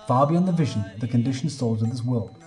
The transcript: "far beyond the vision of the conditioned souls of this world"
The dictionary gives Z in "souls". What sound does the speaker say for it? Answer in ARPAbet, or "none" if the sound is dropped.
Z